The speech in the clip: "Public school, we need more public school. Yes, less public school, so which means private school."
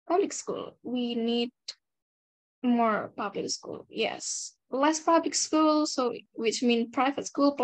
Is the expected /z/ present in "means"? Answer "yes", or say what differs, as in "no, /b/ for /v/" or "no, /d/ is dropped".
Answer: no, /z/ is dropped